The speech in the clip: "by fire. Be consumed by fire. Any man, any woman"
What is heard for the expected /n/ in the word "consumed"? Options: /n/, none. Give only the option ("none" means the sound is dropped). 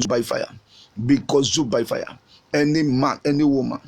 none